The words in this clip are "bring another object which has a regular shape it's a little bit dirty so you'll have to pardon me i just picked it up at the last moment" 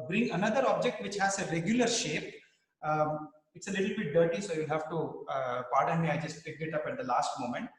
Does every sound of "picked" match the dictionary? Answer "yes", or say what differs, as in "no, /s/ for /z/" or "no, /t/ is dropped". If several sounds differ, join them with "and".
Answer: no, /t/ is dropped